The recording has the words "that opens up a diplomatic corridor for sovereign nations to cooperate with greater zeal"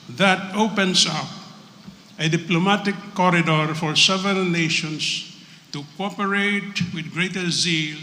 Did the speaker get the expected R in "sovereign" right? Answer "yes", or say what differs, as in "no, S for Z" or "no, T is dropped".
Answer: no, R is dropped